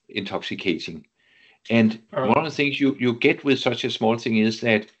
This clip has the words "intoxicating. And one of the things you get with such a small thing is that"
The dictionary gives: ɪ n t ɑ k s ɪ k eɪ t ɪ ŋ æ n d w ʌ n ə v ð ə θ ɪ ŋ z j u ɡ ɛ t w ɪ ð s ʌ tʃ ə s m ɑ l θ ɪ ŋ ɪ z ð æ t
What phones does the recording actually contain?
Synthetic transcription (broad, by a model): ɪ n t ɑ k s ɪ k eɪ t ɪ ŋ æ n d w ʌ n ə v ð ə θ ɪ ŋ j j u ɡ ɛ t w ɪ ð s ʌ tʃ ə s m ɑ l θ ɪ ŋ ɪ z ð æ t